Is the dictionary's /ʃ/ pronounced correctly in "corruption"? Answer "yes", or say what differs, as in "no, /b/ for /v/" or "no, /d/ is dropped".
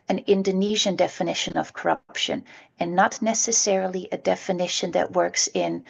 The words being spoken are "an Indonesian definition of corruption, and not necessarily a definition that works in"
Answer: yes